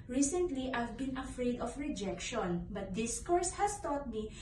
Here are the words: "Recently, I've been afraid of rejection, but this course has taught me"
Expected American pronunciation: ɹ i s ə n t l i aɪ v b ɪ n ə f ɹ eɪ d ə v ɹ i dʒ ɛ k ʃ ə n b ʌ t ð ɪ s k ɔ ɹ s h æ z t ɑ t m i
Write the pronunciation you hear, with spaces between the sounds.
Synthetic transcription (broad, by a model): ɹ i s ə n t l i aɪ v b ɪ n ə f ɹ eɪ d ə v ɹ i dʒ ɛ k ʃ ə n b ʌ t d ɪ s k ɔ ɹ s h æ s t ɑ t m i